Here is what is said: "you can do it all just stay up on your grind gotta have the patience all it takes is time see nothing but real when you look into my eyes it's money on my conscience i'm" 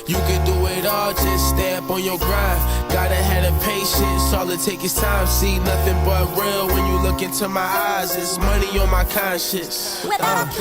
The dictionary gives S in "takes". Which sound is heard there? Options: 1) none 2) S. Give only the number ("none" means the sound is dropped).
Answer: 1